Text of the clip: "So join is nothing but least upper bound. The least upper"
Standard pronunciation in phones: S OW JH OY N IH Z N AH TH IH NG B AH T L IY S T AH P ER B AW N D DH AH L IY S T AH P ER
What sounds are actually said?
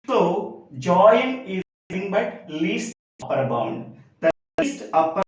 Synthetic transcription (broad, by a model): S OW JH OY IH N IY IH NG B AH T L IY S T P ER B AW N D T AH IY S T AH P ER